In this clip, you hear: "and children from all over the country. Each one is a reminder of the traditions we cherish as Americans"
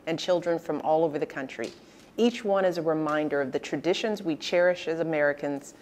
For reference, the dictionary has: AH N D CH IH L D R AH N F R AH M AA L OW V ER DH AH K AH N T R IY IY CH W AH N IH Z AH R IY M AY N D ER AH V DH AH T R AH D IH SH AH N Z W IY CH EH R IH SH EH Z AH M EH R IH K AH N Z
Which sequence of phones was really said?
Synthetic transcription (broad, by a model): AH N CH IH L D R AH N F R AH M AA L OW V ER DH AH K AH N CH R IY IY CH W AH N IH Z AH R IY M AY N D ER AH V DH AH T R AH D IH SH AH N Z W IY CH EH R IH SH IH Z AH M EH R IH K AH N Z